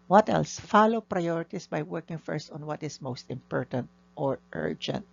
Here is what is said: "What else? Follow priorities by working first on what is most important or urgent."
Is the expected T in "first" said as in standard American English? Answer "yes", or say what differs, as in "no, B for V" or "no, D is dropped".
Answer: yes